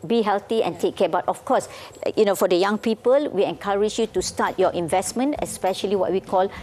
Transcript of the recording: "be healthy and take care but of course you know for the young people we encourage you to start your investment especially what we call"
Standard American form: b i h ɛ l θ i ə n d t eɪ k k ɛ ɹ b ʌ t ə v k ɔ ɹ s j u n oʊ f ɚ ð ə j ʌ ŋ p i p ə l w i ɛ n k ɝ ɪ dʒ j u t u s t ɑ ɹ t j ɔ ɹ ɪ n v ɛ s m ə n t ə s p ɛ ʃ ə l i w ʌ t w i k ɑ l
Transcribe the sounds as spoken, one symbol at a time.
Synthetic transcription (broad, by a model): b i h ɛ l t i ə n t eɪ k k ɛ b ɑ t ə f k ɔ s j u n oʊ f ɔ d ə j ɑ ŋ p i p ə l w i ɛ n k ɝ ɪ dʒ j u t u s t ɑ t j ɔ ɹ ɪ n v ɛ s m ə n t ə s p ɛ ʃ ə l i w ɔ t w i k ɑ l